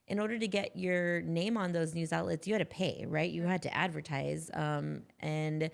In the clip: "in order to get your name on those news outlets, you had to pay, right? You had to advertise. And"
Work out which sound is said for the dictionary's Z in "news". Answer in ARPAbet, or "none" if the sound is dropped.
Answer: Z